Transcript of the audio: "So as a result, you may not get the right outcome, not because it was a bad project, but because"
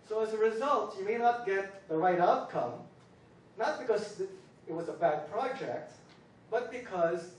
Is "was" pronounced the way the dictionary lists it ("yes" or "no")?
yes